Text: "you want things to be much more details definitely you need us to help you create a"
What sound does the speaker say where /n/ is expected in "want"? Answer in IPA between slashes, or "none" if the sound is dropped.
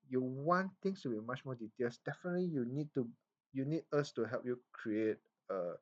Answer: /n/